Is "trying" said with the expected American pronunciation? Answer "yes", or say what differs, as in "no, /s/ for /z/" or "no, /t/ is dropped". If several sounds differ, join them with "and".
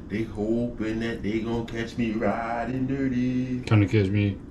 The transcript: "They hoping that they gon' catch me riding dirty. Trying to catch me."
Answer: no, /ɹ/ is dropped